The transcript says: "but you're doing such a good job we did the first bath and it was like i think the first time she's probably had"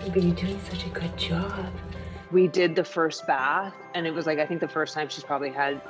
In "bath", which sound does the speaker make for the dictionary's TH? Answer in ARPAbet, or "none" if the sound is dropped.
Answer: TH